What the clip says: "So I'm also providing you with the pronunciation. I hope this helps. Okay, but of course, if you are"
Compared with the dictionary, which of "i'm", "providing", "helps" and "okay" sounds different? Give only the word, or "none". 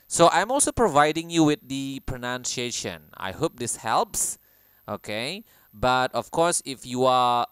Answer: none